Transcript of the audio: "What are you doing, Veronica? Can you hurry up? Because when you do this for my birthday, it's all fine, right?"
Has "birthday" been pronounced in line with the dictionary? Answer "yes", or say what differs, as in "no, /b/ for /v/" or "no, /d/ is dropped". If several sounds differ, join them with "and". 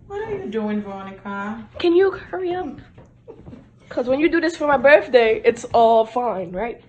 yes